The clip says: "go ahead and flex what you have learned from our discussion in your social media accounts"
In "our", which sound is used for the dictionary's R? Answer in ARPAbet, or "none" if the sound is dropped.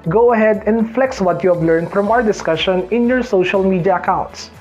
R